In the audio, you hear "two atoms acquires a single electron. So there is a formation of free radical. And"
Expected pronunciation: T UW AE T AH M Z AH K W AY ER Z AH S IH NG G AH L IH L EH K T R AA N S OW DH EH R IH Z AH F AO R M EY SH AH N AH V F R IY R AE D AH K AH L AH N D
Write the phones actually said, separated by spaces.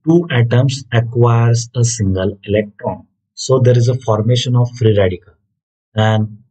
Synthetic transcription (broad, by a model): T UW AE T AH M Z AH K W AY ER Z AH S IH NG G AH L IH L EH K T R AA N S OW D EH R IH Z AH F AO R M EY SH AH N AH V F R IY R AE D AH K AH L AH N D